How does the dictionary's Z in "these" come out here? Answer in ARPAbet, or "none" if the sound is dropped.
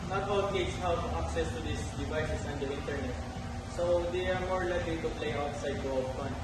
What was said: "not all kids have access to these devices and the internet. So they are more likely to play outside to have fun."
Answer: S